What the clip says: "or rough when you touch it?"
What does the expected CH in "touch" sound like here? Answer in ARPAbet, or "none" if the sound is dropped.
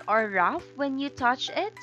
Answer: CH